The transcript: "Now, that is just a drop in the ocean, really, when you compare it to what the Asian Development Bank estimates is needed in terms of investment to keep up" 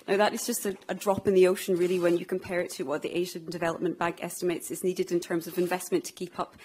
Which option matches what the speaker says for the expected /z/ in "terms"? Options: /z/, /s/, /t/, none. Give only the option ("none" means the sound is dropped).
/z/